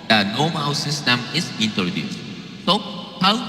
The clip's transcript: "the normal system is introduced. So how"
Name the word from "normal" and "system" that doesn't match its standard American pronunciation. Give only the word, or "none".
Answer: normal